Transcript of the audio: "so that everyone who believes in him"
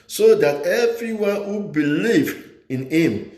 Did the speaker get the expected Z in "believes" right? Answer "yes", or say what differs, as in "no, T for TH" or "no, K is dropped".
no, Z is dropped